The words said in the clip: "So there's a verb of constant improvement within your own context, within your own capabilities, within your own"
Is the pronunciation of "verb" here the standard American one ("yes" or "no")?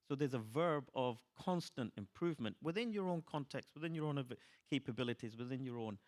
yes